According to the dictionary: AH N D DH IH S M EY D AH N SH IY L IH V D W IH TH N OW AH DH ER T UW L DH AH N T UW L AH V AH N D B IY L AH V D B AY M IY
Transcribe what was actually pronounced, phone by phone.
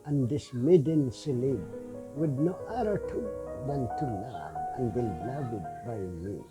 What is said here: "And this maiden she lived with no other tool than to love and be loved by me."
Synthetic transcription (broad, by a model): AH N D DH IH S M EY D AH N S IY L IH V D W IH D N OW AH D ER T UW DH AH N T UW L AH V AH N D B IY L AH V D B AY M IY